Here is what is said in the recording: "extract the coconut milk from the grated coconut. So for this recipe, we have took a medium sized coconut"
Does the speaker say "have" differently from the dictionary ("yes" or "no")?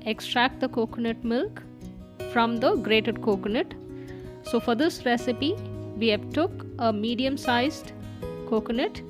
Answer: yes